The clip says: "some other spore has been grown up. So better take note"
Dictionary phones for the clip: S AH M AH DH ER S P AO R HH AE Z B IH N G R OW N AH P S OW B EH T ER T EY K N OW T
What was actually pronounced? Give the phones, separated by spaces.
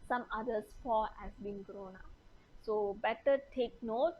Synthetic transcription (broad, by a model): S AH M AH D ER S F AO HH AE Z B IH N G R OW N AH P S OW B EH T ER T EY K N OW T